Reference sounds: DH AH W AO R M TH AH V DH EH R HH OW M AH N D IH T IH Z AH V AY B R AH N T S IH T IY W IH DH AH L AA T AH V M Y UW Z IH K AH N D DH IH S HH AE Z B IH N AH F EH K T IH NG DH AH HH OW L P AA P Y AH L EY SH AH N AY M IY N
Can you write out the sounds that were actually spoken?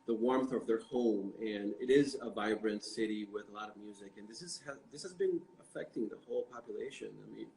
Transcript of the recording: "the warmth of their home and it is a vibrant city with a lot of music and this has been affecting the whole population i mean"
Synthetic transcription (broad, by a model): DH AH W AO R M TH AH V DH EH R HH OW M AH N IH T IH Z AH V AY B R AH N T S IH T IY W IH DH AH L AA T AH V M Y UW Z IH K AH N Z DH IH S HH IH Z B IH N AH F EH K T IH NG DH AH HH OW L P AA P Y AH L EY SH AH N AY M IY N